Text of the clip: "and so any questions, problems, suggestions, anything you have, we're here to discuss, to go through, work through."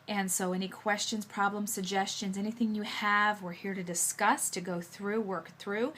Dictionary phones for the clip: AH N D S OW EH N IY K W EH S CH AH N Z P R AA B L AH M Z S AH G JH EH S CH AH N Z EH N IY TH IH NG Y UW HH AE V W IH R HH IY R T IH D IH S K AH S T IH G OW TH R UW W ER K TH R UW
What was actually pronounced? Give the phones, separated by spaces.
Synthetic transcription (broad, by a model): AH N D S OW EH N IY K W EH S CH AH N Z P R AA B L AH M S AH G JH EH S CH AH N Z EH N IY TH IH NG Y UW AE V W IH R HH IY R T IH D IH S K AH S T IH G OW TH R UW W ER K TH R UW